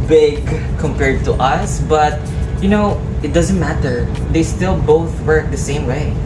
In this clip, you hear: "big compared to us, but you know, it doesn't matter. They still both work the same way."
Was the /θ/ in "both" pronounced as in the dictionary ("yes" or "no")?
yes